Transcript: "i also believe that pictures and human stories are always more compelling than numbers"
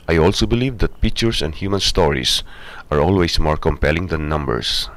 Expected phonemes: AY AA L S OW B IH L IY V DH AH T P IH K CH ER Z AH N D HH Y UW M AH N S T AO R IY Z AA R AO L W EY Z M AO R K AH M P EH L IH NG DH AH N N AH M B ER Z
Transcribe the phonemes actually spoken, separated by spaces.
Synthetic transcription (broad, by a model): AY AA L S OW B IH L IY V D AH T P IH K CH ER S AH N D HH Y UW M AH N S T AO R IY S AA R AO L W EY S M AO R K AH M P EH L IH NG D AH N N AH M B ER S